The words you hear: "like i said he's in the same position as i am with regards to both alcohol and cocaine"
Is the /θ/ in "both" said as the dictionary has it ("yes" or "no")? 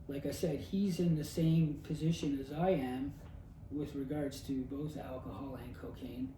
yes